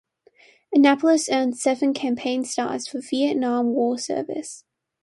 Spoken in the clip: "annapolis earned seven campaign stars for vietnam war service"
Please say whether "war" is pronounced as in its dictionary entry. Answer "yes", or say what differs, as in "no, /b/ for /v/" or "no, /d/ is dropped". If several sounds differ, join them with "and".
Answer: no, /l/ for /ɹ/